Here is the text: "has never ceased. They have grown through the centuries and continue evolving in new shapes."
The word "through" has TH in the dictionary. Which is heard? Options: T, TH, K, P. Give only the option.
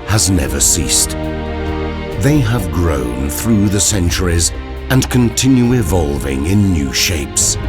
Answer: TH